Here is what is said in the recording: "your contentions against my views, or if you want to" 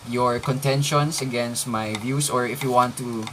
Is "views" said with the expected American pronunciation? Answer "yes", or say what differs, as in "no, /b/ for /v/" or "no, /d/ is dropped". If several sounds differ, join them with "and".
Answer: no, /s/ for /z/